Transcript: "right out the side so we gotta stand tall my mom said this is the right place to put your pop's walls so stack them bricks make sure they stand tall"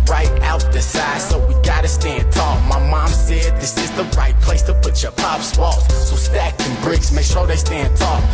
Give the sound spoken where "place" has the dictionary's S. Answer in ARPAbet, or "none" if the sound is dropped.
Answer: S